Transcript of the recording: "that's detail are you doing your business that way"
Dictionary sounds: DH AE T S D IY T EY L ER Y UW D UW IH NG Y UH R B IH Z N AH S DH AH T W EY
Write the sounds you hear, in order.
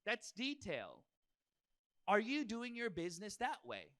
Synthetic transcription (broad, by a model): DH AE T S D IY T EY L ER Y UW D UW IH NG Y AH R B IH Z N AH S DH AH T W EY